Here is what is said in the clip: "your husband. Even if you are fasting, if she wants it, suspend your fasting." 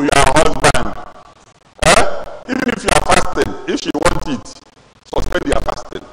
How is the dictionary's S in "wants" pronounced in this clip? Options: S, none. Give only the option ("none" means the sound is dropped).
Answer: none